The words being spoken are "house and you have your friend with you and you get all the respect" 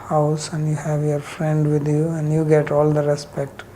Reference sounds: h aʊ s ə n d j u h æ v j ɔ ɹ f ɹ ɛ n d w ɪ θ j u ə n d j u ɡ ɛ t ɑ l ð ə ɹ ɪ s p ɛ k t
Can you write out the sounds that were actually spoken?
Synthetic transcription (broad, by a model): h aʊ s ə n d j u h æ v j ɔ ɹ f ɹ ɛ n d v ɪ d j u ə n d j u ɡ ɛ t ɑ l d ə ɹ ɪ s p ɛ k t